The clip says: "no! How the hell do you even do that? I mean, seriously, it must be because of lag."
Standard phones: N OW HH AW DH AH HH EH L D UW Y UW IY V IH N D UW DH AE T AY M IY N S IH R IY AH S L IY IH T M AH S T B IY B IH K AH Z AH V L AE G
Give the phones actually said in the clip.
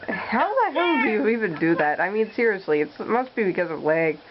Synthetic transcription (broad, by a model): HH AW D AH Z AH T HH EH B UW IY V IH N D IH DH AE T AY M IY N S IH R IY AH S L IY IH T M AH S T B IY B IH K AH Z AH V L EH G